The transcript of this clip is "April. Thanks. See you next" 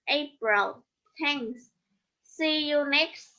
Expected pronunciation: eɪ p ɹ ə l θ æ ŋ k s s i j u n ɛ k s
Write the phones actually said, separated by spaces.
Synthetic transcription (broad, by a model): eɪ p ɹ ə l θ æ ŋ s s i j u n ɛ k s